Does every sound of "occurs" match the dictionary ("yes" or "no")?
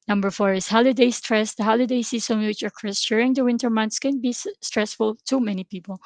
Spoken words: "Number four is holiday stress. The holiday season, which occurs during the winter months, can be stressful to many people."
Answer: no